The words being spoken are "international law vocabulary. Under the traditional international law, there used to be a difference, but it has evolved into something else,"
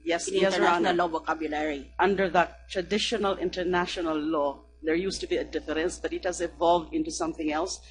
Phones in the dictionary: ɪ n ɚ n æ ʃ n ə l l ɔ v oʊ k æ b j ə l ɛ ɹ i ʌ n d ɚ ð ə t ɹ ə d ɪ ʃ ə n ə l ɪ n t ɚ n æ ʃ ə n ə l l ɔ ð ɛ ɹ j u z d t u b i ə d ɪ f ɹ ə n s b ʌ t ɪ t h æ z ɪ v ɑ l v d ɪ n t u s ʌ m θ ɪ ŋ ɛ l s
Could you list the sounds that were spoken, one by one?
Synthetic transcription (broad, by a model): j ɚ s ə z l ɔ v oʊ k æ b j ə l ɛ ɹ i ʌ n d ɚ ð ə t ɹ ə d ɪ ʃ ə n ə l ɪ n t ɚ n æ ʃ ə n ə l l ɔ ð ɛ ɹ j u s t u b i ə d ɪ f ɹ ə n s b ʌ t ɪ t h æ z ɪ v ɑ l v d ɪ n t u s ʌ m θ ɪ ŋ ɛ l s